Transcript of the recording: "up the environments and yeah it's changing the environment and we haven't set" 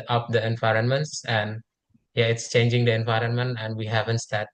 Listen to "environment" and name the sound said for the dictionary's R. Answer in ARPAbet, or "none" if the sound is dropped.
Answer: R